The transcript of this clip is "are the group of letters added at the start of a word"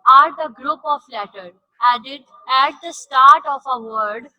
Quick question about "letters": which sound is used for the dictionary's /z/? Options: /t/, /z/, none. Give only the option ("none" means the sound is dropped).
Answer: none